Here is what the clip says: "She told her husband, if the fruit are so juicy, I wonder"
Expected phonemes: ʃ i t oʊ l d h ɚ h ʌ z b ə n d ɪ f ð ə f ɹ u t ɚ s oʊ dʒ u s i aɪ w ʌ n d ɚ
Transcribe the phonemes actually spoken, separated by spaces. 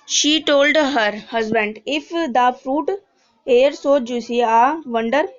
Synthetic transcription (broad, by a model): ʃ i t oʊ l d h ɚ h ʌ z b ə n d ɪ f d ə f ɹ u t ɚ s oʊ dʒ u s i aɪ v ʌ n d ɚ